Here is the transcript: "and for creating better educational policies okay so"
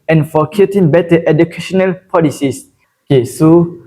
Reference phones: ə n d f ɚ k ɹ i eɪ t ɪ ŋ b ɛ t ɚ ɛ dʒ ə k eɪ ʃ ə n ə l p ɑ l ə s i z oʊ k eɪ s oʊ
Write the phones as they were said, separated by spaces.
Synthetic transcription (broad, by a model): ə n f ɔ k i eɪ t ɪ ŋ b ɛ t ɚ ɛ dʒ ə k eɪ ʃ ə n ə l p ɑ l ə s i s oʊ k eɪ s oʊ